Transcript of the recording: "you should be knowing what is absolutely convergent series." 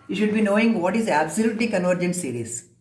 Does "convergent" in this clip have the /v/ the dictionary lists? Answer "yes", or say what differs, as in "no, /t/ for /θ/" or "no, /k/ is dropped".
yes